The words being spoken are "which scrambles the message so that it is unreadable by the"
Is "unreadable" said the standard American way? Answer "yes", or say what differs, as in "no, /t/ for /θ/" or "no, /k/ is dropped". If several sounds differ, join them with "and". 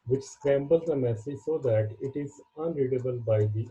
yes